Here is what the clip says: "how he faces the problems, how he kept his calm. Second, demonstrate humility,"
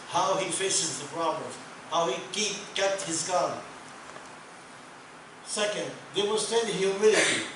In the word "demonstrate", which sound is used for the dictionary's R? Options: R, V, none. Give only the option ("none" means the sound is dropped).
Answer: none